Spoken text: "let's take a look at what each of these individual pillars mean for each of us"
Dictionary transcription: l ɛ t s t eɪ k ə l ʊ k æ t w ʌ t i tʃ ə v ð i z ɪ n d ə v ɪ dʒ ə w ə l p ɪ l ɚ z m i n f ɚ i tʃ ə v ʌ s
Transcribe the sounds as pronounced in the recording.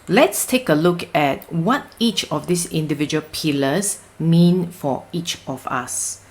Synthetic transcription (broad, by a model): l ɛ t s t eɪ k ə l ʊ k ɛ t w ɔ t i tʃ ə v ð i s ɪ n d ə v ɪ dʒ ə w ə l p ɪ l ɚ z m i n f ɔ i tʃ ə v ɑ s